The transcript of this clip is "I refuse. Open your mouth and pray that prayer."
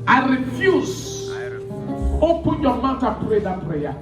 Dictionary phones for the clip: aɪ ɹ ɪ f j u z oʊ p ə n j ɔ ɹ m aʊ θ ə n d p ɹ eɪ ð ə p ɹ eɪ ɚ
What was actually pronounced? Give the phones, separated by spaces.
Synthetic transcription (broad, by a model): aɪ ɹ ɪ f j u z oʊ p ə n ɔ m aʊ t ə p ɹ eɪ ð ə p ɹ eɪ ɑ